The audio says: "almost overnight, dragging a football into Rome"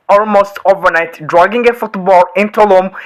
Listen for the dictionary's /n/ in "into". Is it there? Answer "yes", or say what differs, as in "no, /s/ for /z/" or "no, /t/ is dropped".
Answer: yes